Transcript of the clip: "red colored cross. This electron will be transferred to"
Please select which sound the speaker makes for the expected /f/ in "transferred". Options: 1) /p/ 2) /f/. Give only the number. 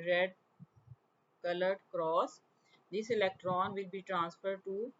2